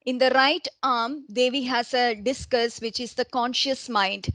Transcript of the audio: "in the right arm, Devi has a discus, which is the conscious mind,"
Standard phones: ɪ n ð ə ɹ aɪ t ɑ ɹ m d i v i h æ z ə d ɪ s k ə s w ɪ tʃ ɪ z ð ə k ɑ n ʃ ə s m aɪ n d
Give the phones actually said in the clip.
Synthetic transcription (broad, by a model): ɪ n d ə ɹ aɪ t ɑ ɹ m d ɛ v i h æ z ə d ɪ s k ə s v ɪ tʃ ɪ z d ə k ɑ n ʃ ə s m aɪ n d